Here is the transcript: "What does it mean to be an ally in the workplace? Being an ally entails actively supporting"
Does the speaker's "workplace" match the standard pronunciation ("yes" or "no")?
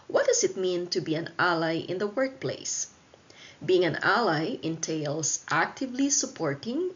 yes